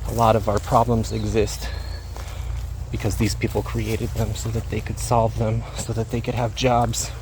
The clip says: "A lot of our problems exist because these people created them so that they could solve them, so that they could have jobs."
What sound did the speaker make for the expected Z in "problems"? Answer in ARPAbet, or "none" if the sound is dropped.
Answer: Z